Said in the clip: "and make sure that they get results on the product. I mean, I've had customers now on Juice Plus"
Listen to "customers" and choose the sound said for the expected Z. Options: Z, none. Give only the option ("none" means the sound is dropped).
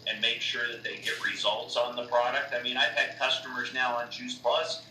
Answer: Z